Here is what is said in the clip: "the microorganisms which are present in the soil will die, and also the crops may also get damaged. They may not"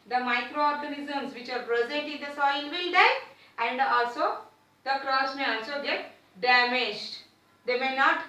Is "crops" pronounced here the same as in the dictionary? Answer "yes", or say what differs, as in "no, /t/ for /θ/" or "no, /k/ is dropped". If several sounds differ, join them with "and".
no, /p/ is dropped